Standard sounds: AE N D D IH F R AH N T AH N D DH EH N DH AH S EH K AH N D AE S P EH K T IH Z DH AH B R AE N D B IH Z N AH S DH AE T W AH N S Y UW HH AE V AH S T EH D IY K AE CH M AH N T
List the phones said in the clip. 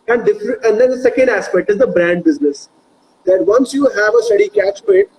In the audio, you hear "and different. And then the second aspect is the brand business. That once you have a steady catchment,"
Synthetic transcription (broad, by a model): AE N D D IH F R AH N AH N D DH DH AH S EH K AH N D AE S P EH K T IH Z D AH B R AE N D B IH Z N AH S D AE T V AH N S Y UW HH AE V AH S T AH D IY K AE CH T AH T